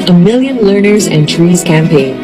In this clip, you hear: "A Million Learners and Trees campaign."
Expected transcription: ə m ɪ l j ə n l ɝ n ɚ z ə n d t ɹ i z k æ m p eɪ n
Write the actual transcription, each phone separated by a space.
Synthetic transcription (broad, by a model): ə m ɪ l j ə n l ɝ n ɚ z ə n t ɹ i z k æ m p eɪ n